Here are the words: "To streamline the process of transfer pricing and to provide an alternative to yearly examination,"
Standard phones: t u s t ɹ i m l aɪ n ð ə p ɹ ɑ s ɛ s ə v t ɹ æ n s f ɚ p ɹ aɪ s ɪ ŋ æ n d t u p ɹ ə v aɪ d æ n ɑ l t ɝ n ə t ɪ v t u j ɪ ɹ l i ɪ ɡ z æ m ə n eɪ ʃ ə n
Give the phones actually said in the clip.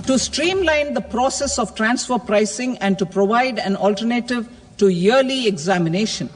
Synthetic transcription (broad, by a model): t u s t ɹ i m l aɪ n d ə p ɹ ɑ s ɛ s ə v t ɹ æ n s f ɚ p ɹ aɪ s ɪ ŋ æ n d t u p ɹ ə v aɪ d æ n ɑ l t ɝ n ə t ɪ v t u j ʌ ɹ l i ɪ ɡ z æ m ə n eɪ ʃ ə n